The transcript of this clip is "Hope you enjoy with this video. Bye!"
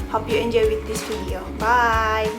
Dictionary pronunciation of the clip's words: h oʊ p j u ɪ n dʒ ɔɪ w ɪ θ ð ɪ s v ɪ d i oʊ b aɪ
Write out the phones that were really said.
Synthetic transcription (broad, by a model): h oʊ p j u ɪ n dʒ ɔɪ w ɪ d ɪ s f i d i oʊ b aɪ